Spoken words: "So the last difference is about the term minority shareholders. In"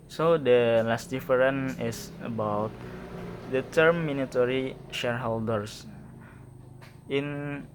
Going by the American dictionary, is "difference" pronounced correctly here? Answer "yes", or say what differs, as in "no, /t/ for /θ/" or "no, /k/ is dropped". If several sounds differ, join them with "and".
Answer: no, /s/ is dropped